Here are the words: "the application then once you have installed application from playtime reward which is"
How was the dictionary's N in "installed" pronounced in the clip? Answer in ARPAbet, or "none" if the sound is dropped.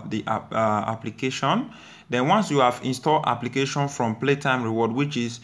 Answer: N